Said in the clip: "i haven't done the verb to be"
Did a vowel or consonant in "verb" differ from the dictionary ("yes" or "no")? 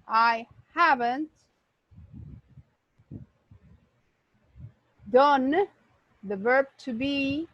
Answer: no